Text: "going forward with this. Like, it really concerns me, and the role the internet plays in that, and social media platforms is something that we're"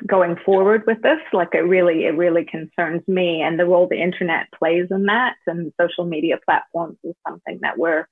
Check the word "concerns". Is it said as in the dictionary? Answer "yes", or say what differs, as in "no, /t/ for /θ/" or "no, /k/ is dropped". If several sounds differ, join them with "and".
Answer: yes